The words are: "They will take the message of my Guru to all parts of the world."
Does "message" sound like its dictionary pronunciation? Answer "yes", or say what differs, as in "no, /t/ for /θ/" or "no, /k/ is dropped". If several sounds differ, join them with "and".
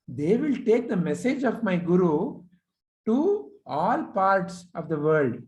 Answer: yes